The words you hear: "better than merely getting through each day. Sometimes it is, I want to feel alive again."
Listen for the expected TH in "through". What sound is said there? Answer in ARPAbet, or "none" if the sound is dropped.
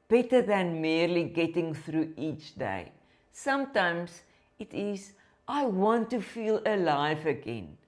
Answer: TH